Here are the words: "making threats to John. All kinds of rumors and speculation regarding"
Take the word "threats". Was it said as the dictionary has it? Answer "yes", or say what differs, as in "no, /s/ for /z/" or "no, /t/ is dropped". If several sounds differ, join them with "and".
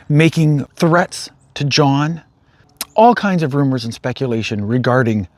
yes